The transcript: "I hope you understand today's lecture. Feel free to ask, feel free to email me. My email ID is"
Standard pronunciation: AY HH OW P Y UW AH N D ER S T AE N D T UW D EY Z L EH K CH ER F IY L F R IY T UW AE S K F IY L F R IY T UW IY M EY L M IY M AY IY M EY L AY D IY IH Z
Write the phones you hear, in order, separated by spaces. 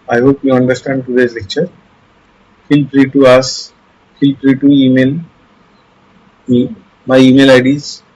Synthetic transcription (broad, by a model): AY HH OW P Y UW AH N D ER S T AE N D T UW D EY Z L EH K CH ER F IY L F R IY T UW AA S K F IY L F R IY T UW IY M EY L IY M AY IY M EY L AY D IY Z